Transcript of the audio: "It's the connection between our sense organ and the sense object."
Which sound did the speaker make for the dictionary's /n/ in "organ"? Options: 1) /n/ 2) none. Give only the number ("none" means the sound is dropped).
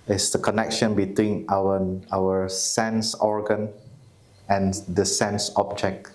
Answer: 1